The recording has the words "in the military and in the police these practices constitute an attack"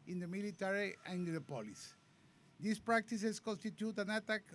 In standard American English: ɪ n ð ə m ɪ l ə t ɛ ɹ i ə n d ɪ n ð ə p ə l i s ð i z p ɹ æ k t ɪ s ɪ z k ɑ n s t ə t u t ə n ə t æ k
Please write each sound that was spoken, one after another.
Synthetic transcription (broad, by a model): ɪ n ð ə m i l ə t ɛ ɹ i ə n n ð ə p ə l i s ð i s p ɹ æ k t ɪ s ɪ s k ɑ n s t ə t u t ə n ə t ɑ k